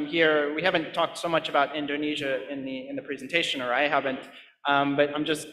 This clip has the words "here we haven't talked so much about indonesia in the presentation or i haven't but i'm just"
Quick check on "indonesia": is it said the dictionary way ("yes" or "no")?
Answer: yes